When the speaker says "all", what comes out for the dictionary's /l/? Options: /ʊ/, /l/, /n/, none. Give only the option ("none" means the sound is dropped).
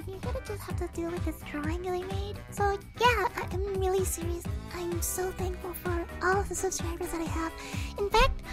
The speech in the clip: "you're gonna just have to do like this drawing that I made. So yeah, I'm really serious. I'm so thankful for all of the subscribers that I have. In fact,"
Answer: /l/